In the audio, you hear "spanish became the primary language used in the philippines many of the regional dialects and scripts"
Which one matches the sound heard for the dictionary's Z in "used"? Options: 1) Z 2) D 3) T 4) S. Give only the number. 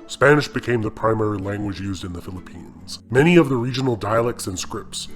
1